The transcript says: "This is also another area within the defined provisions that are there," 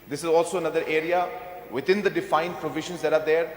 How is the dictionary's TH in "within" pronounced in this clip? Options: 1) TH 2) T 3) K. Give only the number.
2